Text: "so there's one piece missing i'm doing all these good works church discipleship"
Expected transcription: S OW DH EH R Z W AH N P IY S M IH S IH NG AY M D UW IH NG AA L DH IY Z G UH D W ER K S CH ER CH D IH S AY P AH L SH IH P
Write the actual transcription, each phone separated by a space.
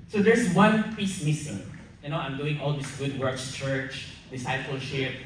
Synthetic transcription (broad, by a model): S OW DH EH R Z W AH N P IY S M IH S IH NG AY M D UW IH NG AA L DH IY S G UH D W ER K S CH ER CH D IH S AY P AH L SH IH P